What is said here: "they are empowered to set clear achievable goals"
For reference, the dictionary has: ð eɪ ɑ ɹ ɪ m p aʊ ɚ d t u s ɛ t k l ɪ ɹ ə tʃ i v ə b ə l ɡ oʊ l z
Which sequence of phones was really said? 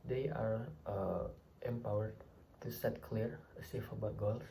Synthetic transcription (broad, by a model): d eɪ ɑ ɹ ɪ m p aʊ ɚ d t u s ɛ t k l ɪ ɹ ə s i f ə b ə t ɡ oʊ l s